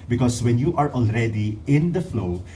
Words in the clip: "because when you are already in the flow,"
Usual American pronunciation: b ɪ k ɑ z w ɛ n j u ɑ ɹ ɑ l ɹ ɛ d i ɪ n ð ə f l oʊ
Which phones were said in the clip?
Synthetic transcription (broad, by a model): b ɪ k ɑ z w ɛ n j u ɑ ɹ ɑ l ɹ ɛ d i ɪ n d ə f l oʊ